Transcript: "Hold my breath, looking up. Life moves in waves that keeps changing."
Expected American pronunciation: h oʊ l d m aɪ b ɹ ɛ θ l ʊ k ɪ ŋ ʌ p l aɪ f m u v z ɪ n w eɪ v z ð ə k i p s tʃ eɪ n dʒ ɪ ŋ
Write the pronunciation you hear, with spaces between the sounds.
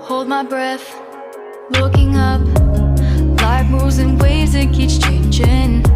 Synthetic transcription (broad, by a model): h oʊ l d m aɪ b ɹ ɛ θ l ʊ k ɪ ŋ ʌ p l aɪ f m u z ɪ n w eɪ z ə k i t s tʃ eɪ n dʒ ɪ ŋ